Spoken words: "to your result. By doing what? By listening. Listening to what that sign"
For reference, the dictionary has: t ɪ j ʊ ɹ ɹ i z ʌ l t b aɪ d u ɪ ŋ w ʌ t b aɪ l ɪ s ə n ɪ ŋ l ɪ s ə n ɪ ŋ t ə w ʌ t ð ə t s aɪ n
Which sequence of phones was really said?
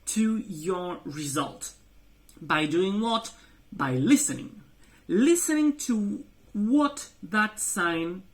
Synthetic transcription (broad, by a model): t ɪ j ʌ ɹ ɹ i z ʌ l t b aɪ d u ɪ ŋ w ʌ t b aɪ l ɪ s ə n ɪ ŋ l ɪ s ə n ɪ ŋ t ə w ʌ t ð ə t s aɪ n